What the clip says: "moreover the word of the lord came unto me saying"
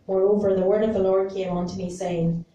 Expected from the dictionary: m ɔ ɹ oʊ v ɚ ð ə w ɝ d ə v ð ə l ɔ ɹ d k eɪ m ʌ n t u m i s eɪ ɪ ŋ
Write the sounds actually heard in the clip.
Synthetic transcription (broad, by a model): m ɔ ɹ oʊ v ɚ ð ə w ɝ d ə v ð ə l ɔ ɹ d k eɪ m ʌ n t u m i s eɪ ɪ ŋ